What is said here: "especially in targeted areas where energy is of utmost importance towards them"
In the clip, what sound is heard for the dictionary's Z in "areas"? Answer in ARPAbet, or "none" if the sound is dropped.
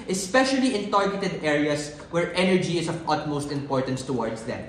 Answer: S